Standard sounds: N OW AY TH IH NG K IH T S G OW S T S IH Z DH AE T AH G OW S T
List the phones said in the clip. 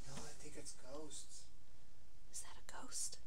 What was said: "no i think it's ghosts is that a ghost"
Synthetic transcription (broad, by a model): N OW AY T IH K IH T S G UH S T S IH Z DH AE T AH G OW S T